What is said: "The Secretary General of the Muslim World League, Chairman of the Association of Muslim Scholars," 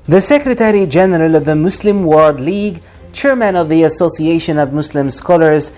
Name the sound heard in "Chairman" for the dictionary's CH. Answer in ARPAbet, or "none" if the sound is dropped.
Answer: CH